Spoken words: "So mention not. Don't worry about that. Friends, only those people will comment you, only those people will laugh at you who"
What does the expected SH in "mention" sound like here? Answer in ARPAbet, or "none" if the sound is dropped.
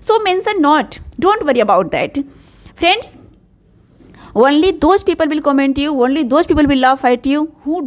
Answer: S